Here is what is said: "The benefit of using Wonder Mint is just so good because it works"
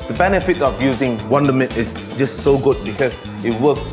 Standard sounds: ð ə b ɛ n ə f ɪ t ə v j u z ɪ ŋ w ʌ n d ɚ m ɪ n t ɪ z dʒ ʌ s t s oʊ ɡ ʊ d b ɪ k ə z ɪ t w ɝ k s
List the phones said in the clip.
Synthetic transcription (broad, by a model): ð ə b ɛ n ə f ɪ t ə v j u z ɪ ŋ w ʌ n d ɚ m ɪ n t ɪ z dʒ ʌ s t s oʊ ɡ ʊ d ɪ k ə ɪ t w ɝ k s